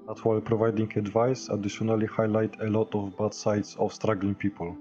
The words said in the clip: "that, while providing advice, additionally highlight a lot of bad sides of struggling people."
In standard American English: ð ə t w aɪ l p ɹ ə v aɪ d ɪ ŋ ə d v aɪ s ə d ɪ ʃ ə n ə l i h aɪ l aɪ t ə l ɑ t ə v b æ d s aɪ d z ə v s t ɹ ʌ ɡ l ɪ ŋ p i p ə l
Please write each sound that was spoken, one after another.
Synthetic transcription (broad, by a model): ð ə t w aɪ l p ɹ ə v aɪ d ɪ ŋ ə d v aɪ s ə d ɪ ʃ ə n ə l i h aɪ l aɪ t ə l ɑ t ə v b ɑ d s aɪ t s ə f s t ɹ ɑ ɡ l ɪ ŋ p i p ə l